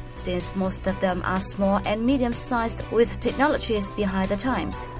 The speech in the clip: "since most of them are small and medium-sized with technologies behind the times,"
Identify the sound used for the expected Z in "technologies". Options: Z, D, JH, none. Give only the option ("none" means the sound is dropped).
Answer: Z